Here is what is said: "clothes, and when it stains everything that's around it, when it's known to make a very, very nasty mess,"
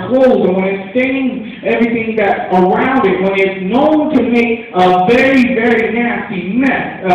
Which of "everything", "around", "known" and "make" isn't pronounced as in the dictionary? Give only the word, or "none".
none